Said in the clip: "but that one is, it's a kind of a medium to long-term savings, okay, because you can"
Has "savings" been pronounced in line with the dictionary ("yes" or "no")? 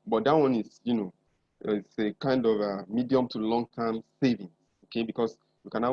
no